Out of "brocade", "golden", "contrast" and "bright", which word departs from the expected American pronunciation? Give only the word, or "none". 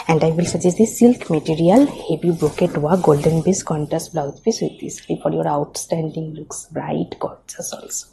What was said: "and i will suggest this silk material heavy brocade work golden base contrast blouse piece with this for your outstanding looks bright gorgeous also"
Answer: contrast